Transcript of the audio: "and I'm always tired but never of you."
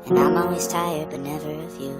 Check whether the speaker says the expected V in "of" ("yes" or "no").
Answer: no